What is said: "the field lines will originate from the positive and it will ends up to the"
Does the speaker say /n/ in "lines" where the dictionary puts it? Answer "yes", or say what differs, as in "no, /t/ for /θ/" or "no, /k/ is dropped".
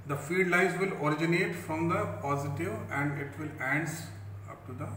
no, /n/ is dropped